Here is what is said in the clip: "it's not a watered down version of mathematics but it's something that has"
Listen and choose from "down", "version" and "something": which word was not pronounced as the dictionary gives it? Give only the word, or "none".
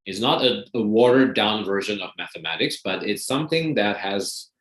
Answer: none